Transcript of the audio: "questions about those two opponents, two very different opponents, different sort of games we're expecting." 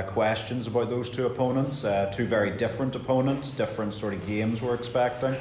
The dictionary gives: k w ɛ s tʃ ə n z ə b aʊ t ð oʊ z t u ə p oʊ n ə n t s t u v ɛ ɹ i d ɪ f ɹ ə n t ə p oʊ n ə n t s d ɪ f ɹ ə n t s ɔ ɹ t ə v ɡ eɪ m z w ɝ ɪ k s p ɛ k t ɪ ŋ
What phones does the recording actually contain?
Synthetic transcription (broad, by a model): k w ɛ s tʃ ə n z ə b aʊ t ð oʊ z t u ə p oʊ n ə n t s t u v ɛ ɹ i d ɪ f ɹ ə n t ə p oʊ n ə n t s d ɪ f ɹ ə n t s ɔ ɹ t ə v ɡ eɪ m z w ɝ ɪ k s p ɛ k t ɪ ŋ